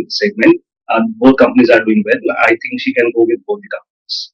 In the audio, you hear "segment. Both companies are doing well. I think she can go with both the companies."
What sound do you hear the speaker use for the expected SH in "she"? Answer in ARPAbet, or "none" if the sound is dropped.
SH